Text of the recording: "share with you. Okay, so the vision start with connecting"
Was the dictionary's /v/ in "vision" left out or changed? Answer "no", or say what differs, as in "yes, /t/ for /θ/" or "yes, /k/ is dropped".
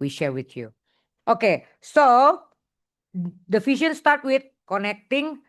yes, /f/ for /v/